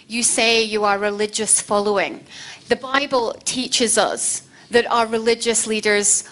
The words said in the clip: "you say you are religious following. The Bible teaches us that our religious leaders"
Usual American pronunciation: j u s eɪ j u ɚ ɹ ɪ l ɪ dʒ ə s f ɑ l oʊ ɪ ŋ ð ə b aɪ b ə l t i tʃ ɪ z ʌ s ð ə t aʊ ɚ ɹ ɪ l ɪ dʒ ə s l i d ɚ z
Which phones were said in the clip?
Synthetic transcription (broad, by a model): j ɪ s eɪ j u ɚ ɹ ɪ l ɪ dʒ ə s f ɑ l oʊ ɪ ŋ ð ə b aɪ b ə l t i tʃ ɪ z ʌ s ð ə t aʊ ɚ ɹ ɪ l ɪ dʒ ə s l i d ɚ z